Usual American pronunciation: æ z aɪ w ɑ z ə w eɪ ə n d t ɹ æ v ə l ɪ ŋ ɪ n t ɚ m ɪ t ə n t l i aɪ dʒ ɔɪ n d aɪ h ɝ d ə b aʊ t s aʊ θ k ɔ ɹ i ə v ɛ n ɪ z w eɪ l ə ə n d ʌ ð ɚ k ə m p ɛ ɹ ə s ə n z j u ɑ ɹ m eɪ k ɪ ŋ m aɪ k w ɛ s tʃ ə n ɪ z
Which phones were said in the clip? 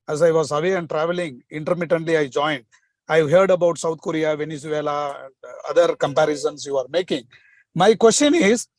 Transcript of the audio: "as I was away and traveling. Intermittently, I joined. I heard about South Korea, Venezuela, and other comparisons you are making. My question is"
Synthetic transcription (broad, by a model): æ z aɪ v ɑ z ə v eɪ ə n d t ɹ æ v ə l ɪ ŋ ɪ n t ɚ m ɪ t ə n t l i aɪ dʒ ɔɪ n d aɪ h ɝ d ə b aʊ t s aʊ t k ɔ ɹ i ə v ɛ n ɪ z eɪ l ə ə n d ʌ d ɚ k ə m p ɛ ɹ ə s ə n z j u ɑ ɹ m eɪ k ɪ ŋ m aɪ k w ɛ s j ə n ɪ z